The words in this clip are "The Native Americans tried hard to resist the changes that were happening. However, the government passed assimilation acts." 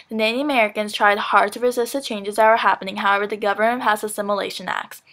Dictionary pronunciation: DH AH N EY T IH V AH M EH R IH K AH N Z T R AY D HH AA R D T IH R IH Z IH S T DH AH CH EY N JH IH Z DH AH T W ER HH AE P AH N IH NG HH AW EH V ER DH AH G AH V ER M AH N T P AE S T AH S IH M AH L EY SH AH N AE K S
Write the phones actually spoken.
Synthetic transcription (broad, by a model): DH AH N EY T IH AH M EH R IH K AH N Z T R AY D HH AA R D T IH R IH Z IH S T DH AH CH EY N JH IH Z DH AH T W ER HH AE P AH N IH NG HH AW EH V ER DH AH G AH V ER M AH N T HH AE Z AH S IH M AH L EY SH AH N AE K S